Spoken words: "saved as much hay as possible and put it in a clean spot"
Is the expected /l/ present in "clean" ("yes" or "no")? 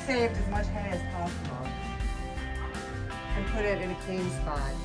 no